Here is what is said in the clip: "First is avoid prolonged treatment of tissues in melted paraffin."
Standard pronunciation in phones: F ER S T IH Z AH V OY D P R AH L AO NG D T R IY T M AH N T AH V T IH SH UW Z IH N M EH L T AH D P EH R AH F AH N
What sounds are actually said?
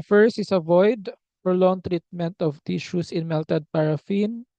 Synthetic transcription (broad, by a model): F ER S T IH S AH V OY D F R L AO NG T R IY T M AH N T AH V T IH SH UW S IH N M EH L T AH D P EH R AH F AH N